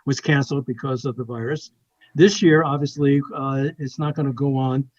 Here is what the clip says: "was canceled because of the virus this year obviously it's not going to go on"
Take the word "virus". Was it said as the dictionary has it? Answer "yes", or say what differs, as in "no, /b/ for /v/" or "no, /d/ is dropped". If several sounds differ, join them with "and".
yes